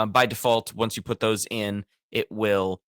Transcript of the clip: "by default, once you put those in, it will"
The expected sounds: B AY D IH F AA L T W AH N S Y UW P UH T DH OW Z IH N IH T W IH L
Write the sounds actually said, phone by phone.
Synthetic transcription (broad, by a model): B AY D IH F AA L T W AH N S Y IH P UH T DH OW Z IH N IH T W IH L